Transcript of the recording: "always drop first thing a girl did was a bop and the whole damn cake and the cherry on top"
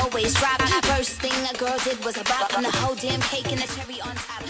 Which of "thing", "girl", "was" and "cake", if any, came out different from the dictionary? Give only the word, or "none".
none